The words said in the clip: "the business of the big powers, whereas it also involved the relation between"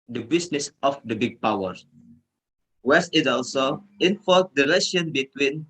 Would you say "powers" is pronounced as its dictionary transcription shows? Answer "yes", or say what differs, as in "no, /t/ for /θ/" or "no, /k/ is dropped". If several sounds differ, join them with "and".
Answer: no, /z/ is dropped